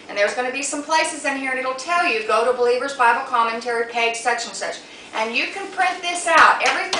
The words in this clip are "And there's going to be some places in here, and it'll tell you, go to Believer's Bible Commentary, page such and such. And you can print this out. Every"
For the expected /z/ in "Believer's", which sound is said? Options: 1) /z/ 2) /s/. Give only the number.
1